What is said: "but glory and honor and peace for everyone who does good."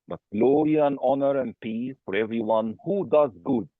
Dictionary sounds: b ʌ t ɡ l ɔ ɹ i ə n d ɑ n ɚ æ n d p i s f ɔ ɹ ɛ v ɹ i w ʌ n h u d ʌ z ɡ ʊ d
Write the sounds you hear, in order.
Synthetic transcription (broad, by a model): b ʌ t ɡ l ɔ ɹ i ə n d ɑ n ɚ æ n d p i f ɔ ɹ ɛ v ɹ i w ʌ n h u d ʌ z ɡ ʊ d